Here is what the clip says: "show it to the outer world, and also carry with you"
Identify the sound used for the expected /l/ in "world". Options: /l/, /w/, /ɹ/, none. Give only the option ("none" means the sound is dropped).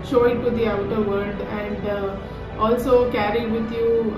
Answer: none